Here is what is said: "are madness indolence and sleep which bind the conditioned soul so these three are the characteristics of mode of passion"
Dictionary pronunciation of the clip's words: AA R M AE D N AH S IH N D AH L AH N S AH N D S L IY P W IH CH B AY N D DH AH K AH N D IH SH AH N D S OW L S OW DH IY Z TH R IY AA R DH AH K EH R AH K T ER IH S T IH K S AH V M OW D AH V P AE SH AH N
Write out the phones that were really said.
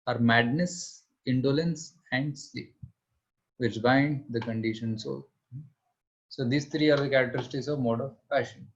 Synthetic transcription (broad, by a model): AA R M AE D N AH S IH N D AH L AH N S AH N D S IY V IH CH B AY N D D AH K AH N D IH SH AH N S OW L S OW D IY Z T R IY AA R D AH K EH R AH K T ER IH S T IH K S AH V M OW D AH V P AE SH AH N